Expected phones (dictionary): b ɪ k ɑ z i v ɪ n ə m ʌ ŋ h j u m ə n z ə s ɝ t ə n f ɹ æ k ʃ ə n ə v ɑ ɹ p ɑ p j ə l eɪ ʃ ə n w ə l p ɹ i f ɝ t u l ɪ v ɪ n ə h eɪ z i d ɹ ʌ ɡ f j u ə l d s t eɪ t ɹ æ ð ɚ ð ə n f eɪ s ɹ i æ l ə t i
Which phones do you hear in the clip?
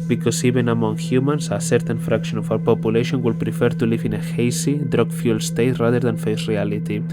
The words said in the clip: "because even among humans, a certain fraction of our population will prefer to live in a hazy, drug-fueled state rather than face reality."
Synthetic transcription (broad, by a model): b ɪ k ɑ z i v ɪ n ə m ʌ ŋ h j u m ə n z ə s ɝ t ə n f ɹ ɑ k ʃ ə n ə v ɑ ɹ p ɑ p j ə l eɪ ʃ ə n w ə l p ɹ i f ɝ t u l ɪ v ɪ n ə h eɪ s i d ɹ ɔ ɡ f j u l s t eɪ t ɹ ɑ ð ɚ ð ə n f eɪ s ɹ i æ l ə t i